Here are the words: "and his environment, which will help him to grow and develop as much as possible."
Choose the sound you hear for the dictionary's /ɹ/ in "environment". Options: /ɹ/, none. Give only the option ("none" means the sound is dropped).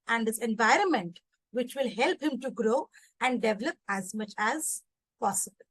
/ɹ/